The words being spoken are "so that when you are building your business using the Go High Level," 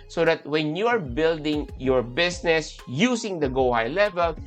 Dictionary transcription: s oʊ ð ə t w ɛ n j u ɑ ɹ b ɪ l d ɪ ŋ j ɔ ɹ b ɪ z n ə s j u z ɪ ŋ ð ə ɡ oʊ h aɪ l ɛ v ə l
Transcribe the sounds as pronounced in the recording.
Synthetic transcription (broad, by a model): s oʊ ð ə t w ɛ n j u ɑ ɹ b ɪ l d ɪ ŋ j ɔ ɹ b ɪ s n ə s j u s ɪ ŋ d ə ɡ oʊ h aɪ l ɛ v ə l